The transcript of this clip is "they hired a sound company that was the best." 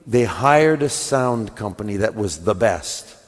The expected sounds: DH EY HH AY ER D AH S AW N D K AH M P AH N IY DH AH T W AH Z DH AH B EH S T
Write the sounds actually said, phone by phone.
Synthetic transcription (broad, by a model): DH EY HH AY ER D AH S AW N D K AH M P AH N IY DH AH T W AH Z DH AH B EH S T